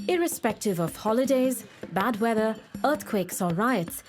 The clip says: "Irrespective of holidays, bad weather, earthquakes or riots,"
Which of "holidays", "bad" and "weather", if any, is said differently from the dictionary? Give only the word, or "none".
none